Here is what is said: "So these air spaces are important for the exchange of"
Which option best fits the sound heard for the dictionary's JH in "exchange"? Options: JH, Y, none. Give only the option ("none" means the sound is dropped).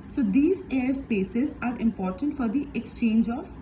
JH